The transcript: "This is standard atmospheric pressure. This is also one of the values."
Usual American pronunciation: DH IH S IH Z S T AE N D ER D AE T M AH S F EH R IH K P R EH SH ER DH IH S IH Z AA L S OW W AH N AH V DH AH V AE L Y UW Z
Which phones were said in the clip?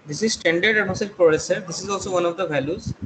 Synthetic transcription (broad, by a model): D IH S IH Z S T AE N D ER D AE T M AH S EH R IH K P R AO S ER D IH S IH Z AA L S OW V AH N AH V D AH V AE L Y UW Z